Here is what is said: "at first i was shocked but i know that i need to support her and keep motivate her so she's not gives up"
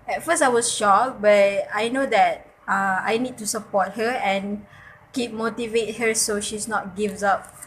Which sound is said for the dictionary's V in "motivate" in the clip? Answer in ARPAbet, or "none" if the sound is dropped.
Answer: V